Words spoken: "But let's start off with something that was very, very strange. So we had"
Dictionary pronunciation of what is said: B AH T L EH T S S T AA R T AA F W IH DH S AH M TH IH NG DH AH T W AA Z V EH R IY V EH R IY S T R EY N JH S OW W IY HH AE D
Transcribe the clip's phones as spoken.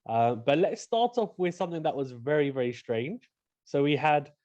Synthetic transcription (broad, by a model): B AH T L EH T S S T AA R T AA F W IH DH S AH M TH IH NG DH AH T W AA Z V EH R IY V EH R IY S T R EY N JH S OW W IY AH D